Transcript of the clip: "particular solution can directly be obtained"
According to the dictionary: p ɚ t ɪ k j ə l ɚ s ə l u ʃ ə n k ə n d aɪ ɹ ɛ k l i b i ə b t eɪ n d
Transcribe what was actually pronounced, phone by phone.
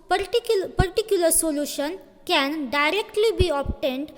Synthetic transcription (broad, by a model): p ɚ t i k j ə l ɚ s ə l u ʃ ə n k ə n d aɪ ɹ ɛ k l i b i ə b t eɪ n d